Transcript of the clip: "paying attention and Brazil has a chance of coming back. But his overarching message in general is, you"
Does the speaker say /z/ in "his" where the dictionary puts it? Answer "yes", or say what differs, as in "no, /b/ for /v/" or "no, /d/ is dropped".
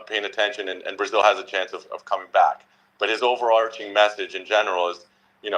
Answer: yes